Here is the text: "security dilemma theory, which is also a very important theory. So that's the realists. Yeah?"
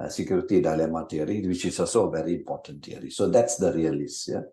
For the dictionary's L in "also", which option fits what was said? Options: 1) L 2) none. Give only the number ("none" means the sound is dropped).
2